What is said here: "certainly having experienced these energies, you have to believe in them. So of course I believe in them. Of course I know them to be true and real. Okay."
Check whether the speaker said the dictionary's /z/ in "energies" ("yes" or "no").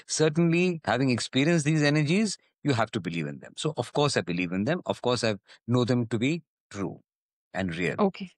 yes